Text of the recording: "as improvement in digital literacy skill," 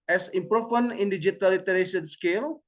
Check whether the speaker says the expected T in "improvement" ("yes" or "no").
no